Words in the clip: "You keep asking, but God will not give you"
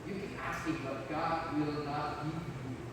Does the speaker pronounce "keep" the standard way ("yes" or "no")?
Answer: no